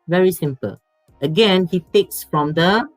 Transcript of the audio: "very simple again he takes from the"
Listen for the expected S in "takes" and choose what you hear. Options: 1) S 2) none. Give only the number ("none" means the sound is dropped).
1